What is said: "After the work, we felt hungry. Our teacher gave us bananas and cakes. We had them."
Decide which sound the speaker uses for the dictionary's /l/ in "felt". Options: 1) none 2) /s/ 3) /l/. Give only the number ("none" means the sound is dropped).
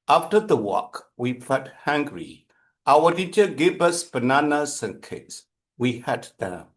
1